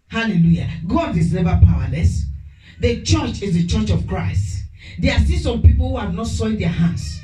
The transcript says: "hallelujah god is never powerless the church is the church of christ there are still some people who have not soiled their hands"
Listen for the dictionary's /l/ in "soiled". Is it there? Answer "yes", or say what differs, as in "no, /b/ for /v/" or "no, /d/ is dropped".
no, /l/ is dropped